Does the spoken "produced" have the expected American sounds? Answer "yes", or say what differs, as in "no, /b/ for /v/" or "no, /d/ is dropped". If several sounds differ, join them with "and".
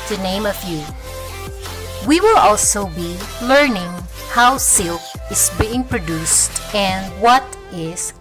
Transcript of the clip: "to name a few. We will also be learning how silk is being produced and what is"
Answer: yes